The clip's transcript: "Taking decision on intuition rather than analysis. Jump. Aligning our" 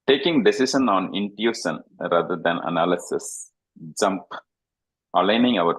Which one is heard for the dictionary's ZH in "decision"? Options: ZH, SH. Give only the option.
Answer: SH